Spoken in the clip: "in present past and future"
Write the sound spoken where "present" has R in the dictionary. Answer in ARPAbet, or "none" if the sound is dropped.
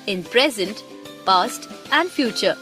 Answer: R